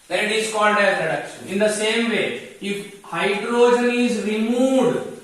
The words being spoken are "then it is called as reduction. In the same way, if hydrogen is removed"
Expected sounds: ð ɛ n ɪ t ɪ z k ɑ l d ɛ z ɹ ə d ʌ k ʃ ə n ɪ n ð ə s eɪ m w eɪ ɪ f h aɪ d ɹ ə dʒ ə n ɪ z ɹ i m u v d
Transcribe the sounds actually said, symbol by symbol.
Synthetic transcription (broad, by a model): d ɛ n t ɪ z k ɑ n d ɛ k ɹ ə d ʌ k ʃ ə n ɪ n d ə s eɪ m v eɪ ɪ f h aɪ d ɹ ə dʒ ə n ɪ z ɹ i m u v d